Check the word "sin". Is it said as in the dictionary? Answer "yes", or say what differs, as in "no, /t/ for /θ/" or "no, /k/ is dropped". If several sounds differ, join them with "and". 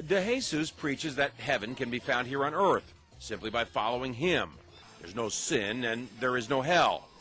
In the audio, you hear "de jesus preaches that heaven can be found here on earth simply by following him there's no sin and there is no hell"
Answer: yes